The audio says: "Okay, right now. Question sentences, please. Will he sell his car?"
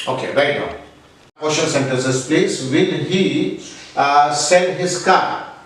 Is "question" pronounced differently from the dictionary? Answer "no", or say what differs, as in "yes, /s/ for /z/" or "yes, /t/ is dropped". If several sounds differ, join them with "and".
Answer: yes, /l/ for /n/